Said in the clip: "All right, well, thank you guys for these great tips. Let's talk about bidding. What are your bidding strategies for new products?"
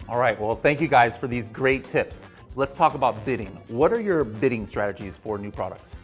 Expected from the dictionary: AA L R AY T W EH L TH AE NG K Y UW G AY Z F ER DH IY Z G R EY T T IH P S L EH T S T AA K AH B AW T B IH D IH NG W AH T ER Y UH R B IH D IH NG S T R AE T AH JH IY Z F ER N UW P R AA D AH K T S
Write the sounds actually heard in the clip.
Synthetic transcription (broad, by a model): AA L R AY T W EH L TH AE NG K Y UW G AY Z F ER DH IY Z G R EY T T IH P S L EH T S T AA K AH B AW T B IH D IH NG W AH T ER Y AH R B IH D IH NG S T R AE T AH JH IY Z F ER N UW P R AA D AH K T S